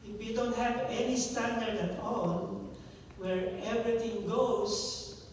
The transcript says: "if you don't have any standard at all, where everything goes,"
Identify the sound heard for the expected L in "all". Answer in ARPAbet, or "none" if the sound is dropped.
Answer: N